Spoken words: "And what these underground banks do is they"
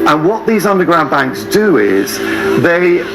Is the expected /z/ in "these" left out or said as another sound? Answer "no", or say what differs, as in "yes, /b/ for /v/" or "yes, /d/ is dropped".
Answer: no